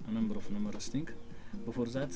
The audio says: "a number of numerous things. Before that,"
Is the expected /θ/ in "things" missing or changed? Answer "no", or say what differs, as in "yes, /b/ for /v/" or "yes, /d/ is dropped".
yes, /t/ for /θ/